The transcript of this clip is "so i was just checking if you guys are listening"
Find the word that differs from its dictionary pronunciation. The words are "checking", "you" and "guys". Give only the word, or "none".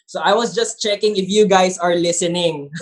guys